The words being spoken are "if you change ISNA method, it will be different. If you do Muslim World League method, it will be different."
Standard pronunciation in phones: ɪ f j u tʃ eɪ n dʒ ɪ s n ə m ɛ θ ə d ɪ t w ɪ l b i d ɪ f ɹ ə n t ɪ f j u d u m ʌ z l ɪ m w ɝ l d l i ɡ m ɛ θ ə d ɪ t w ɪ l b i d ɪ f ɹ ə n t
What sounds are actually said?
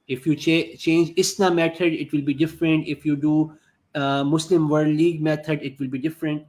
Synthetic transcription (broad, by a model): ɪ f j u tʃ eɪ n dʒ ɪ s n ə m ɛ t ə d ɪ t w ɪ l b i d ɪ f ɹ ə n t ɪ f j u d u m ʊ s l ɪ m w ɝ d l i ɡ m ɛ t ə d ɪ t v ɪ l b i d ɪ f ɹ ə n t